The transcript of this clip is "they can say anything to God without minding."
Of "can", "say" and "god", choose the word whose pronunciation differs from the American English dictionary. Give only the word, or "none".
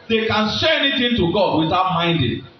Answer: say